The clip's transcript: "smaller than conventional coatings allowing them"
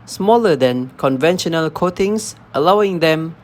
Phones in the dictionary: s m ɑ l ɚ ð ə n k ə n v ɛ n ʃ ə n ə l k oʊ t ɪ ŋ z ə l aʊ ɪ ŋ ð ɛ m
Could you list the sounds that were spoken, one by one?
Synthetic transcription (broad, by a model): s m ɑ l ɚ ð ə n k ə n v ɛ n ʃ ə n ə l k oʊ t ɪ ŋ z ə l aʊ ɪ ŋ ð ɛ m